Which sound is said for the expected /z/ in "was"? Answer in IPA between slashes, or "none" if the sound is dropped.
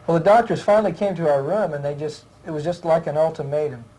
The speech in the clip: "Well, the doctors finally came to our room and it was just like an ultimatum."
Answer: /z/